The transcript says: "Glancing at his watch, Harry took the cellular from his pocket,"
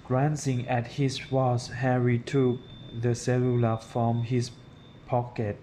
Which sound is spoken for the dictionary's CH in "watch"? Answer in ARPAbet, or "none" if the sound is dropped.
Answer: S